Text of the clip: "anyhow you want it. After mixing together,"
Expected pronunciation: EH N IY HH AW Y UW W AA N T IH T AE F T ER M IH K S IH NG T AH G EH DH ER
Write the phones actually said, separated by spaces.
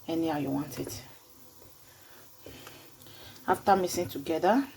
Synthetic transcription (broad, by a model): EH N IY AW Y UW W AA N T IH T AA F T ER M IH S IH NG T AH G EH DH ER